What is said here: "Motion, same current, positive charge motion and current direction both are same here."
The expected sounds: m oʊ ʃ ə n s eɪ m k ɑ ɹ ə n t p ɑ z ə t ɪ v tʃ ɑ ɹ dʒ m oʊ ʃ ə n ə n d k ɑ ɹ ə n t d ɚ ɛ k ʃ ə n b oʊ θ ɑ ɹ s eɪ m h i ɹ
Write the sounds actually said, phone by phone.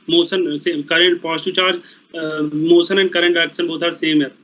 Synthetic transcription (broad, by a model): m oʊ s ə n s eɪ k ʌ ɹ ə n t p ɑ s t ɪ tʃ ɑ ɹ dʒ m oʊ s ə n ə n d k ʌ ɹ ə n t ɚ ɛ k s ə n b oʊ t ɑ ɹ s eɪ m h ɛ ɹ